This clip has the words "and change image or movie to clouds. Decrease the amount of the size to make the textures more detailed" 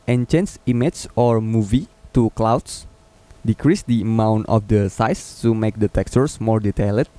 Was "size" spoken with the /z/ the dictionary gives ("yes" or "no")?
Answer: no